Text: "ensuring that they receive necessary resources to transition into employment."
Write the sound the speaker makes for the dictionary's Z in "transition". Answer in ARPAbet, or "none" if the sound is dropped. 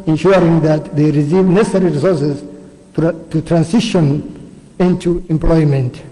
S